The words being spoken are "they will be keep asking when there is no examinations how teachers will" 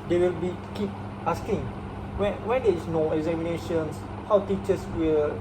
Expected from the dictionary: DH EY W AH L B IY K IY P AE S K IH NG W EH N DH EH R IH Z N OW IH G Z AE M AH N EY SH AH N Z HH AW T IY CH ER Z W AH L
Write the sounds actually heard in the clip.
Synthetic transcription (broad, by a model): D EY W AH L B IY K IY P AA S K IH NG W EH N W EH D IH S N OW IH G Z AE M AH N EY SH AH N S HH AW T IY CH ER S W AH L